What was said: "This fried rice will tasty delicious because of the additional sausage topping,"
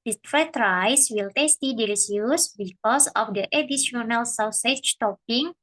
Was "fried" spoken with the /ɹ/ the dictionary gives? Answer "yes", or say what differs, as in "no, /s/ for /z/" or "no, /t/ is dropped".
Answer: no, /ɹ/ is dropped